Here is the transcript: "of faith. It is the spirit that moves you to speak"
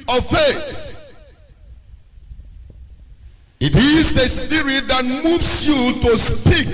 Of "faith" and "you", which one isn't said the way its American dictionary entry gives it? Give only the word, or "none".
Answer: faith